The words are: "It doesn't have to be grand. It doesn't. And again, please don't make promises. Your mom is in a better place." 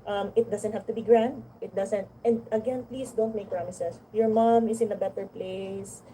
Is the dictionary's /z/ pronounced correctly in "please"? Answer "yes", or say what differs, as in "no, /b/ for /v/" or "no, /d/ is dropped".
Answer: no, /s/ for /z/